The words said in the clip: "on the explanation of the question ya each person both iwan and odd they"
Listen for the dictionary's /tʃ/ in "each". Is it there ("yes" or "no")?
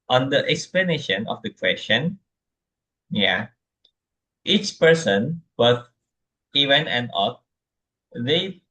yes